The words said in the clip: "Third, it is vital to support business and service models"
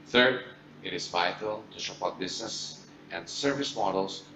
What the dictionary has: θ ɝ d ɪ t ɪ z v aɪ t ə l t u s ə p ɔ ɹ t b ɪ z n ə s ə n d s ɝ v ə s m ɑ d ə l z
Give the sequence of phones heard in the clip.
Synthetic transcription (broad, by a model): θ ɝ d ɪ t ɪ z v aɪ t ə l t u ʃ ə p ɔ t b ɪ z n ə s ə n d s ɝ v ə s m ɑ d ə l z